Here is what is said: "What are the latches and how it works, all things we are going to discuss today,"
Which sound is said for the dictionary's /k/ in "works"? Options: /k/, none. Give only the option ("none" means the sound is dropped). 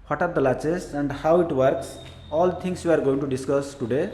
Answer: /k/